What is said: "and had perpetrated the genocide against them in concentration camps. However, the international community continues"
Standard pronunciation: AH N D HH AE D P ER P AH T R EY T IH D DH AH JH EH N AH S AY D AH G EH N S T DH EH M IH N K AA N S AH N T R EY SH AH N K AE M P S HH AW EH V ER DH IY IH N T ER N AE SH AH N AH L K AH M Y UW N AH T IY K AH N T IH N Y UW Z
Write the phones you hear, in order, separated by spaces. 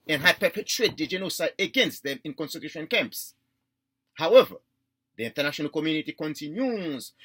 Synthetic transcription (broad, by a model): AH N HH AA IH P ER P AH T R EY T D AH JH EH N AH S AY AH G EH N S T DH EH M IH N K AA N S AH T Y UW SH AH N K AE M P S HH AW EH V ER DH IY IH N T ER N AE SH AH N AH L K AH M Y UW N AH T IY K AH N T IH N Y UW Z